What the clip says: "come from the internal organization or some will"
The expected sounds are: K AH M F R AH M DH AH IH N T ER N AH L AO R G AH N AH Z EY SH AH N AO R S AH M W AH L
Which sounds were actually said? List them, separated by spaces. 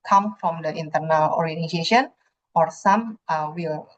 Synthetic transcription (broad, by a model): K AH M F R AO M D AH IH N T ER N AH L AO R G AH N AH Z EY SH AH N AO R S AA M W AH L